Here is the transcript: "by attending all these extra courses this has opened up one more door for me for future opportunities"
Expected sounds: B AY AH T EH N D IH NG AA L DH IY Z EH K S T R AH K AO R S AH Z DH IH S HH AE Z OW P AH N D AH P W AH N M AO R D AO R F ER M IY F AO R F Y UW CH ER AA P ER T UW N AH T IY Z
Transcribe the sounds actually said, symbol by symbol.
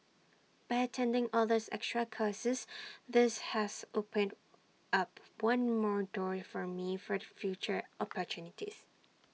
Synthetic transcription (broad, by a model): B AY AH T EH N D IH NG AA L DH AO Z EH K S T R AH K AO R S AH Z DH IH S HH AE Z OW P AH N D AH P W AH N M AO R D AO R F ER M IY F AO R F Y UW CH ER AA P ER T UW N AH T IY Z